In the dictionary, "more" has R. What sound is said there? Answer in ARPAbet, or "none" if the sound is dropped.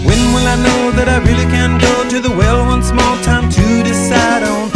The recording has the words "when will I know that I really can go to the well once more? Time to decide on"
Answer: L